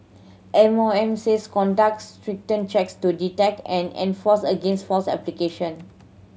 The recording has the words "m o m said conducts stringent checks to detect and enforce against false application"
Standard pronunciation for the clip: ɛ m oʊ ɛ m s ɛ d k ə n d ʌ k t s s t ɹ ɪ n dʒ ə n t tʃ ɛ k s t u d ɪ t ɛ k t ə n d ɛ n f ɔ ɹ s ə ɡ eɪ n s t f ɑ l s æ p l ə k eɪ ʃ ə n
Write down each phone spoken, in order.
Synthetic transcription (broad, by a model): ɛ m oʊ ɛ m s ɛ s k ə n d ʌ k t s s t ɹ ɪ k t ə n tʃ ɛ k s t u d ɪ t ɛ k t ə n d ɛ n f ɔ s ə ɡ eɪ n s t f ɑ s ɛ p l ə k eɪ ʃ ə n